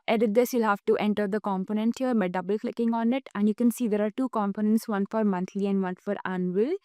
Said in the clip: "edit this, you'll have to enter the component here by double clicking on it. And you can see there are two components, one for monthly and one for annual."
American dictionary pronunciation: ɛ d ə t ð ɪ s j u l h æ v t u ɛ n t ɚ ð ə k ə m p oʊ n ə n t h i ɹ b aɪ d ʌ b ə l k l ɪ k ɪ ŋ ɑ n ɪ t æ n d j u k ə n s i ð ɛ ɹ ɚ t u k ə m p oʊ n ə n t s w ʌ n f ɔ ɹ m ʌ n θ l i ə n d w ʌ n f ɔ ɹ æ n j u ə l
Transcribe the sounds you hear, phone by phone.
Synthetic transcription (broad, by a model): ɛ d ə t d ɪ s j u l h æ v t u ɛ n t ɚ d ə k ə m p oʊ n ə n t h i ɹ b aɪ d ʌ b ə l k l ɪ k ɪ ŋ ɑ n ɪ t æ n d j u k ə n s i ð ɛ ɹ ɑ t u k ə m p oʊ n ə n t s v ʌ n f ɔ ɹ m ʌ n t l i ə n d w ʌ n f ɔ ɹ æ n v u l